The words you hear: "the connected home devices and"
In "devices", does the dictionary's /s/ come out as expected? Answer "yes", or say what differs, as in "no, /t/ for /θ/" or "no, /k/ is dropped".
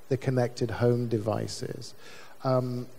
yes